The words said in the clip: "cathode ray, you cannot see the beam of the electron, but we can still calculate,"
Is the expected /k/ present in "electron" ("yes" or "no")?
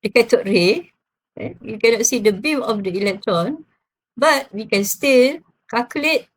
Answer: yes